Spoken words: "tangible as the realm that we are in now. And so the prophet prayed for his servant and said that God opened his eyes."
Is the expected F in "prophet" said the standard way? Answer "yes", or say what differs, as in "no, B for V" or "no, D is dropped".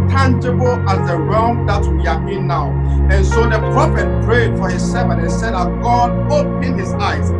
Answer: yes